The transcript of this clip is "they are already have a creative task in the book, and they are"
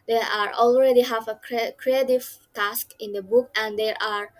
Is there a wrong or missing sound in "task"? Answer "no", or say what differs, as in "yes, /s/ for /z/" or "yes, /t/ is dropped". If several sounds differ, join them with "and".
no